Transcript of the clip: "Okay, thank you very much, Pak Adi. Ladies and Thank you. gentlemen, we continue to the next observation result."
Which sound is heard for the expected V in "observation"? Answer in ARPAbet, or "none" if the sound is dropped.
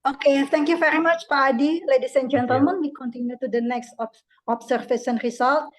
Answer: F